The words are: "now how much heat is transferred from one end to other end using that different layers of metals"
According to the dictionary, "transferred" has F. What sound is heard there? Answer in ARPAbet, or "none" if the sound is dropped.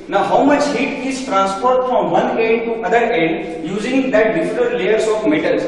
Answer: P